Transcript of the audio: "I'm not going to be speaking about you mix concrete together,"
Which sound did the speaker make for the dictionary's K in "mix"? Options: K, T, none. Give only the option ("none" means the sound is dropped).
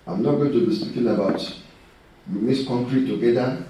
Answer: none